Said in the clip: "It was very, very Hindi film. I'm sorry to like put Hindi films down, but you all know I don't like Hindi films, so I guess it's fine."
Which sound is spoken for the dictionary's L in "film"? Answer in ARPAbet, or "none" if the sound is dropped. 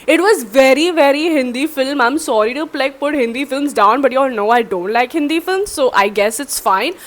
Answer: L